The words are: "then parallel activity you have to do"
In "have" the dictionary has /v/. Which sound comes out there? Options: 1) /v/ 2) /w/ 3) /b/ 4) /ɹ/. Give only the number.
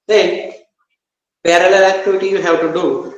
2